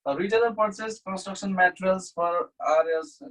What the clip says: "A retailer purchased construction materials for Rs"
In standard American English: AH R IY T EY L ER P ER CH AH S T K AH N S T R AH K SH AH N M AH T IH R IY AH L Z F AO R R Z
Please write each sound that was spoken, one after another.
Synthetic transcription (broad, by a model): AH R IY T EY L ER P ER S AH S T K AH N S T R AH K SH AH N M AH T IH R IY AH L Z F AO R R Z